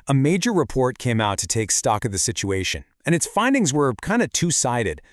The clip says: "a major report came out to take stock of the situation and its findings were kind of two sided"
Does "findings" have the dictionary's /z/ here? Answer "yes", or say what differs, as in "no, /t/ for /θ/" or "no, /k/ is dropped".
yes